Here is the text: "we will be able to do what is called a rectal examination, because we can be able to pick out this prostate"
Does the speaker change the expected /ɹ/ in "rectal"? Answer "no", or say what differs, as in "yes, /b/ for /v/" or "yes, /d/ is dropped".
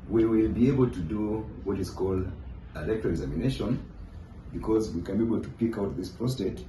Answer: yes, /l/ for /ɹ/